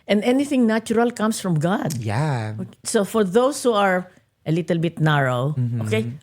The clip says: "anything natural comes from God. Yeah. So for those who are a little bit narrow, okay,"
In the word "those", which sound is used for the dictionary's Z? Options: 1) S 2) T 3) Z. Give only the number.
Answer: 1